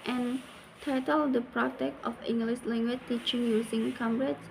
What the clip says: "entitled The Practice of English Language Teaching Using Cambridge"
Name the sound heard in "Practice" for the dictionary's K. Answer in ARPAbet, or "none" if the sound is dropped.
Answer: none